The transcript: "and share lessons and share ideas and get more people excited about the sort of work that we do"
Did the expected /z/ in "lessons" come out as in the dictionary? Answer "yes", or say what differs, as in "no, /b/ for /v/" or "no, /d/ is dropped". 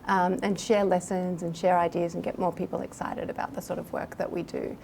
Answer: yes